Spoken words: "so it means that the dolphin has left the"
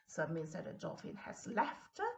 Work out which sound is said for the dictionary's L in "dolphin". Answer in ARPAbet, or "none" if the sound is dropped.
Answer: none